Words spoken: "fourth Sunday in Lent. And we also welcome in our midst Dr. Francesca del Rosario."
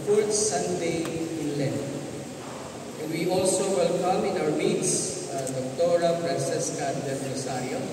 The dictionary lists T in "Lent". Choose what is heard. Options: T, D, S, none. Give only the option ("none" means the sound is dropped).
none